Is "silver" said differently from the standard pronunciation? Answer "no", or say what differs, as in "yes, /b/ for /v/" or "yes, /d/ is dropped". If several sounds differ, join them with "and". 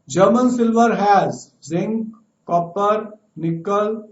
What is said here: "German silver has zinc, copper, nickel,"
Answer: no